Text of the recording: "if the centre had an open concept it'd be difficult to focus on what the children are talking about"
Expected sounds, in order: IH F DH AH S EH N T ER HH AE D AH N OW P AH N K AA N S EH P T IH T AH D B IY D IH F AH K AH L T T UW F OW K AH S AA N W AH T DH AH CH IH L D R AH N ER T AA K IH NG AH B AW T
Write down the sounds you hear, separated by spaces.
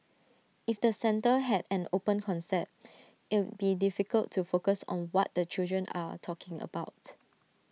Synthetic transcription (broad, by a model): IH F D AH S EH N T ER HH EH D AH N OW P AH N K AA N S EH T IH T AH B IY D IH F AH K AH L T T UW F OW K AH S AA N W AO T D AH CH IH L D R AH N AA T AA K IH NG AH B AW T